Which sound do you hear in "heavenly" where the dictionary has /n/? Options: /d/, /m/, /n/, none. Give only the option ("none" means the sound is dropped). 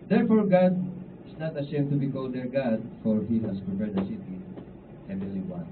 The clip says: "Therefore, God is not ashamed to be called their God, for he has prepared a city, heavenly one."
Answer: none